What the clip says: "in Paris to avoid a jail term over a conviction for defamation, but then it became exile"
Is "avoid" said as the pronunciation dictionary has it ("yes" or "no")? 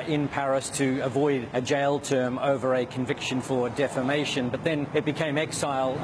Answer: yes